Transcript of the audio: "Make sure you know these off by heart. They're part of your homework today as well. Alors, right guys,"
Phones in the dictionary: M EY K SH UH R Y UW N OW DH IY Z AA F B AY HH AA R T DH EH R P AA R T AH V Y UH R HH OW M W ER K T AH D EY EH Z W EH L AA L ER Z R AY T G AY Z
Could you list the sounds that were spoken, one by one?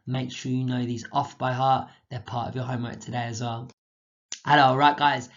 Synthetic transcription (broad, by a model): M EY K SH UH Y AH N OW DH IY Z AA F B AY HH AA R T DH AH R P AA T AH V Y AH HH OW M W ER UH T AH D EY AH Z W EH L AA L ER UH R AY T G AY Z